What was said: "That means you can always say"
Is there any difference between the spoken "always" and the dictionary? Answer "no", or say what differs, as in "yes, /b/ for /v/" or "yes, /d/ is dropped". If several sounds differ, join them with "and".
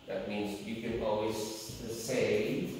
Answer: no